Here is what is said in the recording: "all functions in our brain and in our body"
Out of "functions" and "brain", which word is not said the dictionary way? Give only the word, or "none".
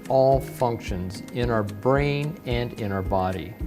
none